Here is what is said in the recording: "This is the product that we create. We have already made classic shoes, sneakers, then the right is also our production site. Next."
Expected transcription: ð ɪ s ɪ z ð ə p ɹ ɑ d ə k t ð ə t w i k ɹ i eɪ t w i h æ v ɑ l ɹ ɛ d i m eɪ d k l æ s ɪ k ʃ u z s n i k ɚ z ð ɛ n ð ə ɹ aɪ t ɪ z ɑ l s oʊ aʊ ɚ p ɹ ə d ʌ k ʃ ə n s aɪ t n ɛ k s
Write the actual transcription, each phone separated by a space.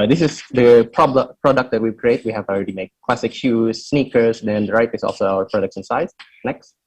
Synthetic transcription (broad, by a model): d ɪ s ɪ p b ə p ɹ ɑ d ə k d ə t w i k ɹ i eɪ t w i h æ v ɑ l ɹ ɛ d i m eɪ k k l æ s ɪ k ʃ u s n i k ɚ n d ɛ n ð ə ɹ aɪ t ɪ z ɑ l s oʊ aʊ ɚ p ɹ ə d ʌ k s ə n s aɪ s n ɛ k s